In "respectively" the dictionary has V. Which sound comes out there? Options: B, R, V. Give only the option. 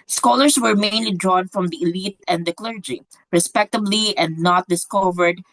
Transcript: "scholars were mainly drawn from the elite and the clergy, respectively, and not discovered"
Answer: B